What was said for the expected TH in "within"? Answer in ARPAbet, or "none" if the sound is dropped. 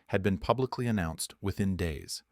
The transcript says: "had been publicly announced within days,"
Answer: TH